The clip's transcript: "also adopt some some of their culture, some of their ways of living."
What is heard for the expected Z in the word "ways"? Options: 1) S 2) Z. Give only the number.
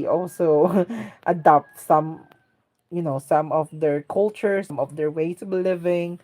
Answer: 1